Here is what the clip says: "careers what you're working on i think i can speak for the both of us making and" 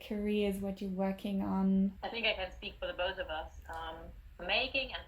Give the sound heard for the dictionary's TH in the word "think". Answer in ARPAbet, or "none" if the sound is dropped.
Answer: TH